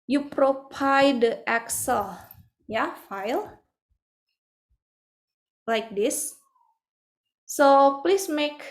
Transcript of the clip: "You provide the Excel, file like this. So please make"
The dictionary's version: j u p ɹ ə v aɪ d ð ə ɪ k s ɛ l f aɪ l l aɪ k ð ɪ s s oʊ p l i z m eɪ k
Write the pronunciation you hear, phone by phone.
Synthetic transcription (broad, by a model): j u p ɹ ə p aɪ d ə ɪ k s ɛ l f aɪ l l aɪ k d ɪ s s oʊ p l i s m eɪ k